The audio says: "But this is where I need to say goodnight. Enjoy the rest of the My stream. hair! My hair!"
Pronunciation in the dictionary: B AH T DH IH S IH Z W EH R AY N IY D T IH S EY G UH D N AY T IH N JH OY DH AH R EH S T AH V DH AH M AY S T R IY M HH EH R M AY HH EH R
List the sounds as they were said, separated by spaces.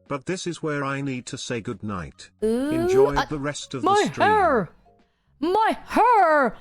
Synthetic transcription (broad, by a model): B AH T DH IH S IH Z W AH R AY N IY D T IH S EY G UH D N AY T IH N JH OY DH AH R EH S T AH V M AY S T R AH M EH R M AY HH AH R